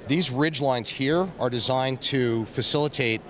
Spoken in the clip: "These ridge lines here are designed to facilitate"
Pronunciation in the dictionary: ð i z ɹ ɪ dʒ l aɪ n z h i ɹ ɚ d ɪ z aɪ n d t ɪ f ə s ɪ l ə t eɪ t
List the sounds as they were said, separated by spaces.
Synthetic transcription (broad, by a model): ð i z ɹ ɪ dʒ l aɪ n z h i ɹ ɚ d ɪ z aɪ n t ɪ f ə s ɪ l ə t eɪ t